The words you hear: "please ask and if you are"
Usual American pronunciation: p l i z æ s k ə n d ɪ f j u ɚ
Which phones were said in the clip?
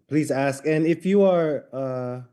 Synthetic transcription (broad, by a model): p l i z æ s k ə n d ɪ f j u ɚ